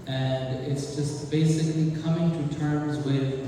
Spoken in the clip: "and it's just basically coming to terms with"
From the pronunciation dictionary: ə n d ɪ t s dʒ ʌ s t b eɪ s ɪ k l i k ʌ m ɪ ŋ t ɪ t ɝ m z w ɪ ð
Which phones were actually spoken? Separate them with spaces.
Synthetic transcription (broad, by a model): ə n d ɪ t s dʒ ʌ s t b eɪ s ɪ k l i k ʌ m ɪ ŋ t ɪ t ɝ m z w ɪ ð